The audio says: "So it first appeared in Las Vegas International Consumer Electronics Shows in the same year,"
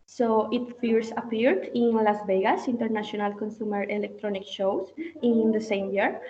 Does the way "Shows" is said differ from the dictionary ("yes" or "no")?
yes